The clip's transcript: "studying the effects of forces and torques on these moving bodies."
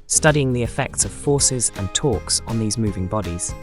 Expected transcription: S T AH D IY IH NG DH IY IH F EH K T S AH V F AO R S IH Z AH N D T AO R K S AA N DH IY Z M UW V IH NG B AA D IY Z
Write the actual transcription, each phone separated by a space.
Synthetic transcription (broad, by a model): S T AH D IY IH NG DH IY IH F EH K T S AH V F AO S IH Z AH N T AO K S N DH IY Z M UW V IH NG B AA D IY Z